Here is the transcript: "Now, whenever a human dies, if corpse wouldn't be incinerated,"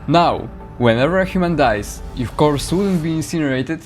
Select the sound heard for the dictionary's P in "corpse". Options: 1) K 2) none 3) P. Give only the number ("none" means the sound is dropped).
2